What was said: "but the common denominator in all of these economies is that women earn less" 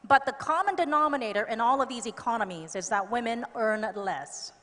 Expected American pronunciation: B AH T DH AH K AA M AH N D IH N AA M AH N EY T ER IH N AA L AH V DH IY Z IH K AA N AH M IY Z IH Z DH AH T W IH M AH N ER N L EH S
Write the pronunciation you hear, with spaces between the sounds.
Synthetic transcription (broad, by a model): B AH T DH AH K AA M AH N D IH N AA M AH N EY T ER IH N AA L AH V DH IY Z IH K AA N AH M IY Z IH Z DH AH T W IH M AH N ER N L EH S